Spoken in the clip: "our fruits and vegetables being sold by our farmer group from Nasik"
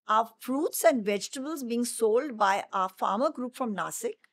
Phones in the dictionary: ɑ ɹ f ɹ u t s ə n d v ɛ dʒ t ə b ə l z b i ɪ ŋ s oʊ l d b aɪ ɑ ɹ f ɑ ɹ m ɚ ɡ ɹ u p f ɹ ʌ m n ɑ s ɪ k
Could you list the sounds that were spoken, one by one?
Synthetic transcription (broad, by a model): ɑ f ɹ u t s ə n d v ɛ dʒ t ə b ə l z b i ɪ ŋ s oʊ l d b aɪ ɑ f ɑ ɹ m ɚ ɡ ɹ u p f ɹ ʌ m n ɑ s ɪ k